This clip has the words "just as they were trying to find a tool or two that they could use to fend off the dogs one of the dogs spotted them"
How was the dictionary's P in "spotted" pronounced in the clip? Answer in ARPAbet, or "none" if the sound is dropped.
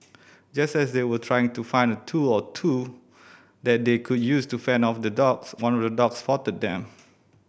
F